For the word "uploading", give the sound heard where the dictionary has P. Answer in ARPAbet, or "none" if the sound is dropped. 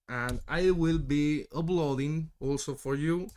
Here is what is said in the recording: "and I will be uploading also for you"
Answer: B